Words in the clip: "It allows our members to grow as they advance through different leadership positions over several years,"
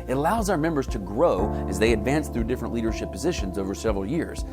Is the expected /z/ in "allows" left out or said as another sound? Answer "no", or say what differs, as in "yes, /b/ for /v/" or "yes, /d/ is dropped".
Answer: no